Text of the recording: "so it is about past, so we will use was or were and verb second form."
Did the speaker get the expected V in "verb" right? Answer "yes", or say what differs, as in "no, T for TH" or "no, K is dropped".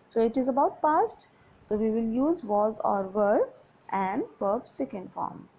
no, P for V